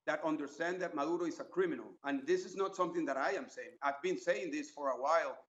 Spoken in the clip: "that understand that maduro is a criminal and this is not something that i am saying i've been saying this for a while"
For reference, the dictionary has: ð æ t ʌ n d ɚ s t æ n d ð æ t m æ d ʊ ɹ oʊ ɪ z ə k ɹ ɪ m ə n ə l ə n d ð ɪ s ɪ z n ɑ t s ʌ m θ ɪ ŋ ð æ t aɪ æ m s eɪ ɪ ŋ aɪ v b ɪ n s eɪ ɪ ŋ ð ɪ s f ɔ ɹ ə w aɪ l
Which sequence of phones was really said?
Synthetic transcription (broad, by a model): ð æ t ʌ n d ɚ s t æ n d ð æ t m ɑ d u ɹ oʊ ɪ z ə k ɹ ɪ m ə n ə l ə n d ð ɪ s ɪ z n ɑ t s ʌ m θ ɪ ŋ ð æ t aɪ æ m s eɪ ɪ ŋ aɪ v b ɪ n s eɪ ɪ ŋ ð ɪ s f ɔ ɹ ə w aɪ l